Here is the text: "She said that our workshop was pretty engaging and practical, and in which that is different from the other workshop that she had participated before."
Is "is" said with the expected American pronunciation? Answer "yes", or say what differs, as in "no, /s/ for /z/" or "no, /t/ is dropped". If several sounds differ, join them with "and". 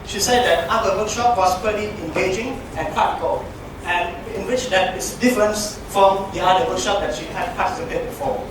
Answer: no, /s/ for /z/